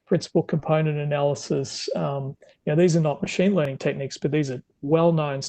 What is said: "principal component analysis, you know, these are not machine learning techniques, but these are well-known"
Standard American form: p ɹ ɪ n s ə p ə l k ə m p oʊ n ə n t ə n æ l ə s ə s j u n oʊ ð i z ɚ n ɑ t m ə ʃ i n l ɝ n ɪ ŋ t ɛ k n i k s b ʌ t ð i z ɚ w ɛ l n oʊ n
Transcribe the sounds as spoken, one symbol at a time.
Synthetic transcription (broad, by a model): p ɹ ɪ n s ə p l k ə m p oʊ n ə n t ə n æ l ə s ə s j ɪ n oʊ ð i z ɚ n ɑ t m ə ʃ i n l ɝ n ɪ ŋ t ɛ k n i k s b ʌ t ð i z ɚ w ɛ l n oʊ n